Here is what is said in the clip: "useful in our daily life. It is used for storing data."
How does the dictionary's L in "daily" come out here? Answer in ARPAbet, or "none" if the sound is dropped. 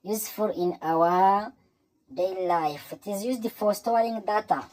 none